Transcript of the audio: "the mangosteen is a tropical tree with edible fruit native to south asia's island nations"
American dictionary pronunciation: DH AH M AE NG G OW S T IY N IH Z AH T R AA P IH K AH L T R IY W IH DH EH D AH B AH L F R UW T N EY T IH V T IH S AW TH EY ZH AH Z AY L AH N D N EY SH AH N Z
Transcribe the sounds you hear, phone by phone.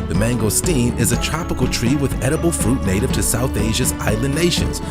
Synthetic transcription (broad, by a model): DH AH M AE NG G OW S T IY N IH Z AH T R AA P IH K L T R IY W IH DH EH D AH B L F R UW T N EY T IH V T IH S AW TH EY ZH AH Z AY L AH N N EY SH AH N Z